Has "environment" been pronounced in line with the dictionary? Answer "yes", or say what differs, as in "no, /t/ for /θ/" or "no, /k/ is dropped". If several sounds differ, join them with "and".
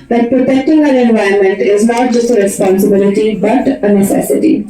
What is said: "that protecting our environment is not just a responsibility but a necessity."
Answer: no, /ɹ/ is dropped